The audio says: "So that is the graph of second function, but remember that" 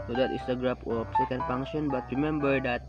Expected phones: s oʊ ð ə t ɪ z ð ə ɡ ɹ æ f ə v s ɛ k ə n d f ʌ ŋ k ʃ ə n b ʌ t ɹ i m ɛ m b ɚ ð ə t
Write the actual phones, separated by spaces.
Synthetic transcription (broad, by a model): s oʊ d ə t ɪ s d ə ɡ ɹ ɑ p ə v s ɛ k ə n d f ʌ ŋ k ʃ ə n b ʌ t ɹ i m ɛ m b ɚ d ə t